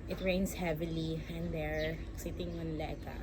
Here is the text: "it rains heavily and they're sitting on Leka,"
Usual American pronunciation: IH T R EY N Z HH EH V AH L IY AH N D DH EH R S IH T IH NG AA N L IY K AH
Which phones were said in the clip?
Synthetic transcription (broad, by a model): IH T R EY N S HH EH V AH L IY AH N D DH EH R S IH T IH NG AA N L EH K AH